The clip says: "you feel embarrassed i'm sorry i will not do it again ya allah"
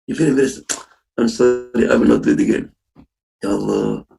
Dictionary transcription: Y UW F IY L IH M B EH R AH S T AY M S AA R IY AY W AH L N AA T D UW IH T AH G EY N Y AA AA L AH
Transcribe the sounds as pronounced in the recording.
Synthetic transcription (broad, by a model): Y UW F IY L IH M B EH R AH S AY M S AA R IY AY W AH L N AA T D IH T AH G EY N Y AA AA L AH